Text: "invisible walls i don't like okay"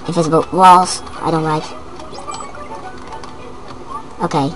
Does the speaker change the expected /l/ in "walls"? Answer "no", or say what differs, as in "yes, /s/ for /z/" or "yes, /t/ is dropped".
no